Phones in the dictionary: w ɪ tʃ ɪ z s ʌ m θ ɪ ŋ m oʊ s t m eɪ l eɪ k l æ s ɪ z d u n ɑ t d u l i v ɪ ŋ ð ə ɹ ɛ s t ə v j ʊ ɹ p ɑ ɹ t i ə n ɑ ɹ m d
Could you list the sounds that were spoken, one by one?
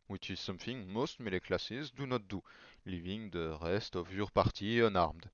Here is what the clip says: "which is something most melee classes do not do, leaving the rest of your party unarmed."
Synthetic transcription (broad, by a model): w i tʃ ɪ s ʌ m f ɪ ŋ m oʊ s t m eɪ l eɪ k l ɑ s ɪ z d u n ɑ t d u l i v ɪ ŋ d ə ɹ ɛ s t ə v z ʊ ɹ p ɑ ɹ t i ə n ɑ ɹ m d